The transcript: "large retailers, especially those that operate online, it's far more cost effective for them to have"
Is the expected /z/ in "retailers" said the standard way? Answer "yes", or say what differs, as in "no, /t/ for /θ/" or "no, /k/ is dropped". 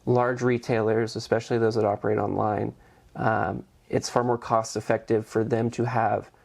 yes